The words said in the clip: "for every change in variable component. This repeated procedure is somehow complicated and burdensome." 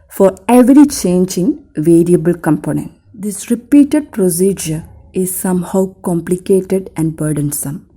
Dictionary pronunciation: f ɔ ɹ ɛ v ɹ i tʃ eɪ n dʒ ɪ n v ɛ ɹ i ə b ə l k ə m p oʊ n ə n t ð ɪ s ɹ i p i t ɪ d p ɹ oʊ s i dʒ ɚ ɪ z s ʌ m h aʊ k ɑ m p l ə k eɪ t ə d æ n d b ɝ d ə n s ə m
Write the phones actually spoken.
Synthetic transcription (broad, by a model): f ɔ ɹ ɛ v ɹ i tʃ eɪ n dʒ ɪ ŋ v ɛ ɹ i ə b ə l k ə m p oʊ n ə n t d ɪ s ɹ i p i t ɪ d p ɹ oʊ s i dʒ ɚ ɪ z s ʌ m h aʊ k ɑ m p l ə k eɪ t ə d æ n d b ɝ d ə n s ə m